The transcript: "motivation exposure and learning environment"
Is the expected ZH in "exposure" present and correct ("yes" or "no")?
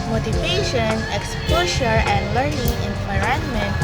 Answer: no